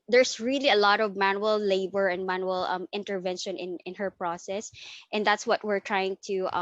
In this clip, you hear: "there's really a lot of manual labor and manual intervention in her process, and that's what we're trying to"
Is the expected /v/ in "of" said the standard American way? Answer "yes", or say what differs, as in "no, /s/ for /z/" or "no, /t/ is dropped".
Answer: yes